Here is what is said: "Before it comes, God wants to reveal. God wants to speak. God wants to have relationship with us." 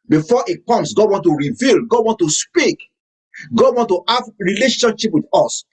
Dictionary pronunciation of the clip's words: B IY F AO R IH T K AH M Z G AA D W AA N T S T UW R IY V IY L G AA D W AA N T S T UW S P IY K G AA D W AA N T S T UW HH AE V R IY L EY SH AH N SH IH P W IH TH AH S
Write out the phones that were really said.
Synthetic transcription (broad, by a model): B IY F AO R IH T K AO M S G AA D W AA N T T UW R IY V IY L G AA D W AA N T T UW S P IY K G AA D W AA N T T UW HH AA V R IY L EY SH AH N SH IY P W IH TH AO S